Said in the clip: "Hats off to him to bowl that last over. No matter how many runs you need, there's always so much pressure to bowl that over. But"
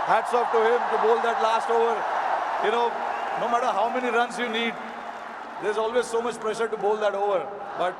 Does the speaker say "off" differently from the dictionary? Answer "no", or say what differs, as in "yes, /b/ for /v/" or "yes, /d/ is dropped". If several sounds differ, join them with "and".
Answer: yes, /p/ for /f/